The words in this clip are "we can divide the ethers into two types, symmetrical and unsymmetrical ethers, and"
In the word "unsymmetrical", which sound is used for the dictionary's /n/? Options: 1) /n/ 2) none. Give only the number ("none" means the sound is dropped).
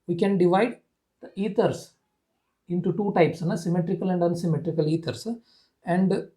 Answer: 1